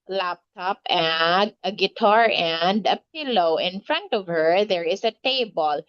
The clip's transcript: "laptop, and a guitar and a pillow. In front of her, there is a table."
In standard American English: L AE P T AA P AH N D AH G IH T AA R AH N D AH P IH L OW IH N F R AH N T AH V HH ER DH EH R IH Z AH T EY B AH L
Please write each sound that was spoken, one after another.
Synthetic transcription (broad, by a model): L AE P T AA P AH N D AH G IH T AA R AH N D AH P IH L OW IH N F R AH N T AH V HH ER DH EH R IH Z AH T EY B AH L